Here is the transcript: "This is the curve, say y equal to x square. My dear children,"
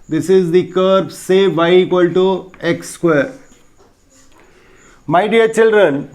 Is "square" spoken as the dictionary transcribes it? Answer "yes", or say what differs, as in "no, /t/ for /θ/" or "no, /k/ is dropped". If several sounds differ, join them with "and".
yes